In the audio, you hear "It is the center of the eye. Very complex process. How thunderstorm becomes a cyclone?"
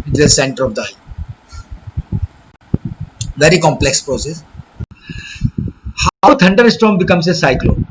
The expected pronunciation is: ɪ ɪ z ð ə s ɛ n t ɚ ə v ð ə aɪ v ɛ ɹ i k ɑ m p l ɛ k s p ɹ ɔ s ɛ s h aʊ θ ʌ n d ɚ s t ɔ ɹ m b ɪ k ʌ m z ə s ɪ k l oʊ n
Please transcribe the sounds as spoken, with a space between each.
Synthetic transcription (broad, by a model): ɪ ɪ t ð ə s ɛ n t ɚ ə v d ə aɪ v ɛ ɹ i k ɑ m p l ɛ k s p ɹ ɔ s ɛ s h aʊ t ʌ n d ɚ s t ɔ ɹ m b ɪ k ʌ m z ə s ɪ k l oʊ